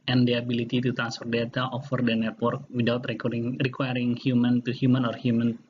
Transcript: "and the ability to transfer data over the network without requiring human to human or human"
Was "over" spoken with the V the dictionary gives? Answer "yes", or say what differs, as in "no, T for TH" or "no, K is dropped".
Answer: no, F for V